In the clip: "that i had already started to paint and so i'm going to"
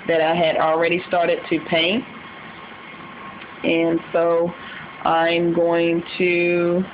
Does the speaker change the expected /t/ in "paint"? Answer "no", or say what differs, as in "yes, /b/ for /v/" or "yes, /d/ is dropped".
no